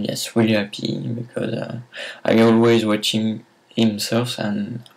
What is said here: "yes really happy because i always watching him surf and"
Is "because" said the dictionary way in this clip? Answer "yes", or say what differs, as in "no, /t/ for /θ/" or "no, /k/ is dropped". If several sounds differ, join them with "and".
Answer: yes